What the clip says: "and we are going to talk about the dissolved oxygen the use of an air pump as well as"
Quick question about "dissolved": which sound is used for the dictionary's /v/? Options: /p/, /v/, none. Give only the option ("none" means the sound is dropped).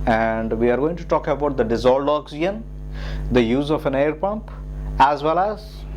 none